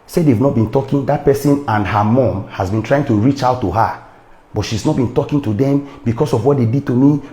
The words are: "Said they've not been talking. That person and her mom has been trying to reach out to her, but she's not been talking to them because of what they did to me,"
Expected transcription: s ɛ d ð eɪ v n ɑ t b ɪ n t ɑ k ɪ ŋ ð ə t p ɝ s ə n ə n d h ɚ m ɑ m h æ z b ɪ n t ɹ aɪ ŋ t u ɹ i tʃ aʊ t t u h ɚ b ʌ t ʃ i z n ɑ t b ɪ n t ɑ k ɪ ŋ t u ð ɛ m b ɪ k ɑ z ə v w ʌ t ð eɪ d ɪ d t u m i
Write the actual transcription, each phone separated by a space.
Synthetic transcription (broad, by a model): s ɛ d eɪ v n ɑ t b ɪ n t ɑ k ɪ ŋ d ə t p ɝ s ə n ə n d h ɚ m ɑ m h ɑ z b ɪ n t ɹ aɪ ŋ t u ɹ i tʃ aʊ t t u h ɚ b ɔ t ʃ i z n ɑ t b ɪ n t ɑ k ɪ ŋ t u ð ɛ m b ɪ k ɑ s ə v w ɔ t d eɪ d ɪ d t u m i